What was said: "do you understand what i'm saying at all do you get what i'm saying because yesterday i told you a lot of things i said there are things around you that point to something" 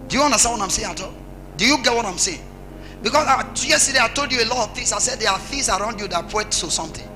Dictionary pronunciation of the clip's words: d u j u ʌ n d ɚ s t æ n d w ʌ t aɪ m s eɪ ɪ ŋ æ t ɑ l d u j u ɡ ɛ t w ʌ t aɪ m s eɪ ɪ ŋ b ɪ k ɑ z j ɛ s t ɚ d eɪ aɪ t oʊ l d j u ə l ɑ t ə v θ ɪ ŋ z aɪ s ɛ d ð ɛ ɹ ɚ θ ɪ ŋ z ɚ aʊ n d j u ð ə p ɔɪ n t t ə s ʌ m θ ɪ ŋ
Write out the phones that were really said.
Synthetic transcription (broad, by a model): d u j u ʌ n d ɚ s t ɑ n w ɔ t aɪ m s eɪ ɪ ŋ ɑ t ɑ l d u j u ɡ ɛ t w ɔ t aɪ m s eɪ ɪ ŋ b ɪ k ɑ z j ɛ s t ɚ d eɪ aɪ t oʊ l d j u ə l ɑ t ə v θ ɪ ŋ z aɪ s ɛ d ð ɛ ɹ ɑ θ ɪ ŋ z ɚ aʊ n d j u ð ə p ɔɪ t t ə s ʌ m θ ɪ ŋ